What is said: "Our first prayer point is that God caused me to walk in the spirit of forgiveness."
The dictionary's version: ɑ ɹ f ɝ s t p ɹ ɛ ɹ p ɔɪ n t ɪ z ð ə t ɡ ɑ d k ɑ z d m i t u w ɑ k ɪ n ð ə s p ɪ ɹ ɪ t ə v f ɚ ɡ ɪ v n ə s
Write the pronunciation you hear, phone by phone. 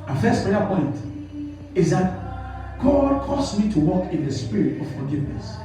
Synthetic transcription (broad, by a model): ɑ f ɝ s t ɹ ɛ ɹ p ɔɪ n t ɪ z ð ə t ɡ ɑ d k ɑ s m i t u w ɑ k ɪ n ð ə s p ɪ ɹ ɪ t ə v f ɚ ɡ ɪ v n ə s